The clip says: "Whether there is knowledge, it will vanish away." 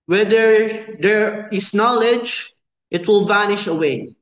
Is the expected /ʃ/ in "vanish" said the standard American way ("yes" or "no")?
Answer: yes